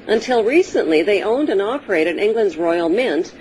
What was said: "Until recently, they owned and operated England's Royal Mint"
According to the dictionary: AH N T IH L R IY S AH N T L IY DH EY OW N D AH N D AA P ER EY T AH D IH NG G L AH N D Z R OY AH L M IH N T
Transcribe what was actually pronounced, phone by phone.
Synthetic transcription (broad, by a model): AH N T IH L R IY S AH N T L IY DH EY OW N D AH N AA P ER EY T AH D IH NG G L AH N D Z R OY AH L M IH N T